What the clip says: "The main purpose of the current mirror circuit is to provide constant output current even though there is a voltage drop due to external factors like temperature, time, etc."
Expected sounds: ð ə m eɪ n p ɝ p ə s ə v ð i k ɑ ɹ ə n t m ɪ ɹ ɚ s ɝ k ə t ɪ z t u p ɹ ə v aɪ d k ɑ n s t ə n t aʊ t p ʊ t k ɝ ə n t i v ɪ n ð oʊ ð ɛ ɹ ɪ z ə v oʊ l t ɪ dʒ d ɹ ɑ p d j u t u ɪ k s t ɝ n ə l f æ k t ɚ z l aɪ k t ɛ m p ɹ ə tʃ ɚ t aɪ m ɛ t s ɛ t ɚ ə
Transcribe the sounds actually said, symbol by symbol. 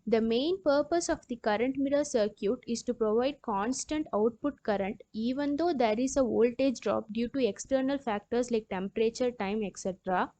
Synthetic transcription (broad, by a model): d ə m eɪ n p ɝ p ə s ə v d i k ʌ ɹ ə n t m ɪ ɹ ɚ s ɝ k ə t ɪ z t u p ɹ ə v aɪ d k ɑ n s t ə n t aʊ t p ʊ t k ɝ ə n t i v ɪ n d oʊ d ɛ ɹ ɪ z ə v oʊ l t ɪ dʒ d ɹ ɑ p d j u t u ɪ k s t ɝ n ə l f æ k t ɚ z l aɪ k t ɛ m p ɹ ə tʃ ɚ t aɪ m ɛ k s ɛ t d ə